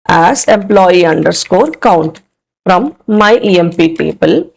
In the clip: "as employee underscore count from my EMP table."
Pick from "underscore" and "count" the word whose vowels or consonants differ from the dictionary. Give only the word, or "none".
none